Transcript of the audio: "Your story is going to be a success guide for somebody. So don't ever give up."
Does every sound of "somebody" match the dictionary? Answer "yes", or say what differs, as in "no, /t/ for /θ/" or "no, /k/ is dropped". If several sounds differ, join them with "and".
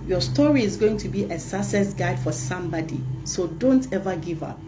yes